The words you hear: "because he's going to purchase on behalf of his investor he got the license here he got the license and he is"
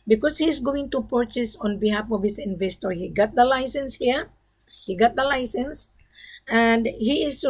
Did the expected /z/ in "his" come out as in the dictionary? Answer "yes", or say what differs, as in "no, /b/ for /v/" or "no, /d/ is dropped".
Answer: no, /s/ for /z/